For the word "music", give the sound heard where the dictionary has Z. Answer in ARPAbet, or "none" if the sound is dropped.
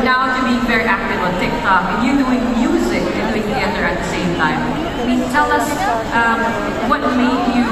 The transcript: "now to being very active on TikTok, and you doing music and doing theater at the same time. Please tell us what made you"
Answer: Z